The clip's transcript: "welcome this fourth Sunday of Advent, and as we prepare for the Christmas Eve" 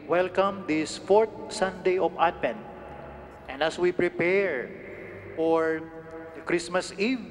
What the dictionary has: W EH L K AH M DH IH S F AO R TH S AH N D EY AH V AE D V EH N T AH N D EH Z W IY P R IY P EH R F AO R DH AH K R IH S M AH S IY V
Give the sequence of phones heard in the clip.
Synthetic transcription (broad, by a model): W EH L K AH M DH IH S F AO R T S AH N D EY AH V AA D P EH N T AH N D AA S W IY P R IY P EH R F AO R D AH K R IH S M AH S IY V